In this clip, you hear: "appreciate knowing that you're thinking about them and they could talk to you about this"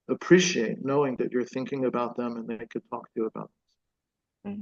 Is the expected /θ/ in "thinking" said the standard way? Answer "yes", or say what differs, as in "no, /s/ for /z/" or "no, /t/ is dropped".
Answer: yes